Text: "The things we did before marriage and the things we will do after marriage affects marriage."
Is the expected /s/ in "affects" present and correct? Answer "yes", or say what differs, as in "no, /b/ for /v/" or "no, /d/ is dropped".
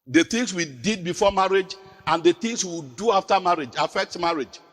no, /s/ is dropped